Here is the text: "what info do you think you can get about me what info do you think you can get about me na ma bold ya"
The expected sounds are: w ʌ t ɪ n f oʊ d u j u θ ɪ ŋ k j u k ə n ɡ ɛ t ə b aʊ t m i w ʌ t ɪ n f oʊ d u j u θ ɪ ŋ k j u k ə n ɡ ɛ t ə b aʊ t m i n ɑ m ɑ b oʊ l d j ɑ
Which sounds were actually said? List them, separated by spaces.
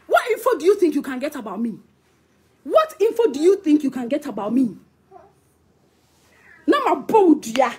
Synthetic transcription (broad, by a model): w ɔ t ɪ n f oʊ d u j u θ ɪ ŋ k j u k ə n ɡ ɛ t ə b aʊ t m i w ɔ t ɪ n f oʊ d u j u θ ɪ ŋ k j u k ə n ɡ ɛ t ə b aʊ t m i n ɑ m ɑ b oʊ d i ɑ